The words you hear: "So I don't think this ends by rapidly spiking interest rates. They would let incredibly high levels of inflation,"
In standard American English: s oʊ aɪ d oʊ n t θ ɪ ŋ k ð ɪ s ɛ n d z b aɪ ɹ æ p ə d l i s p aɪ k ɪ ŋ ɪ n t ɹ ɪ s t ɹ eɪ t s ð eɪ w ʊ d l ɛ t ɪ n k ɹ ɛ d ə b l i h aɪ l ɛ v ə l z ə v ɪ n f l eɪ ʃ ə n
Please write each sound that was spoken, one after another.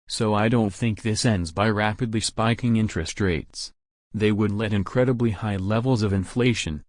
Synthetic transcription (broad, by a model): s oʊ aɪ d oʊ n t θ ɪ ŋ k ð ɪ s ɛ n d z b aɪ ɹ æ p ə d l i s p aɪ k ɪ ŋ ɪ n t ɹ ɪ s t ɹ eɪ t s ð eɪ w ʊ d l ɛ t ɪ n k ɹ ɛ d ə b l i h aɪ l ɛ v l z ə v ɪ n f l eɪ ʃ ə n